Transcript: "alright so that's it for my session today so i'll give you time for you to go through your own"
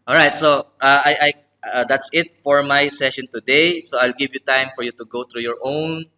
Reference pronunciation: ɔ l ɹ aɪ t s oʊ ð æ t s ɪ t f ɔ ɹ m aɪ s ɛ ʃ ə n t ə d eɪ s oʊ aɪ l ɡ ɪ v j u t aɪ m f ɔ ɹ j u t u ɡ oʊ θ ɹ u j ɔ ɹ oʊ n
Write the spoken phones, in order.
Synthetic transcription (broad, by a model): ɔ l ɹ aɪ t s oʊ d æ t s ɪ t f ɔ ɹ m aɪ s ɛ ʃ ə n t ə d eɪ s oʊ aɪ l ɡ ɪ v j u t aɪ m f ɔ ɹ j u t u ɡ oʊ t ɹ u j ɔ ɹ oʊ n